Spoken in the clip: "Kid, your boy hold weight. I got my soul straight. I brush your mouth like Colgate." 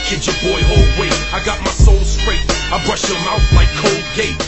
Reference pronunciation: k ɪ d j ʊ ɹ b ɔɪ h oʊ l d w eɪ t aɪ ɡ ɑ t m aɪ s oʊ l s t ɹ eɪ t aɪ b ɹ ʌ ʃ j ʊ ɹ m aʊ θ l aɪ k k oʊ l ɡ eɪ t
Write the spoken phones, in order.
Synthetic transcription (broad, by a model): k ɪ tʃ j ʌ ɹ b ɔɪ h oʊ l d w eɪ aɪ ɡ ɑ t m aɪ s oʊ l s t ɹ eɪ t aɪ b ɹ ʌ ʃ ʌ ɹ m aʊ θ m aɪ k k oʊ l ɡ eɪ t